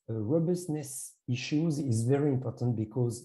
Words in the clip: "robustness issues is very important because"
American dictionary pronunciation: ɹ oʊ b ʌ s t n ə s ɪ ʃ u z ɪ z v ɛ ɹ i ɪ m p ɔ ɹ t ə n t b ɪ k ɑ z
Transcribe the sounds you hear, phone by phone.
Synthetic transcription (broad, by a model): ɹ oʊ b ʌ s n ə s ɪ ʃ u z ɪ z v ɛ ɹ i ɪ m p ɔ ɹ t ə n t b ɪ k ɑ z